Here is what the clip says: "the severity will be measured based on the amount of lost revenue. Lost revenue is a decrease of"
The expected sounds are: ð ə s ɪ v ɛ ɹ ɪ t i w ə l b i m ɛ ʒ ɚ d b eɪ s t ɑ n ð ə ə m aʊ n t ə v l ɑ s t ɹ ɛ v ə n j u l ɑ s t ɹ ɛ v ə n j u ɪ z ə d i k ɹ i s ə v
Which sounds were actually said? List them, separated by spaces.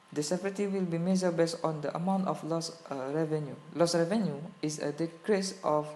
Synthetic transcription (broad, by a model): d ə s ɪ p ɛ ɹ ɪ t i w ə l b i m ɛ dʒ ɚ b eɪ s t ɑ n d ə ə m aʊ n t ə f l ɑ s ɹ ɛ v ə n j u l ɑ s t ɹ ɛ v ə n j u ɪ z ə d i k ɹ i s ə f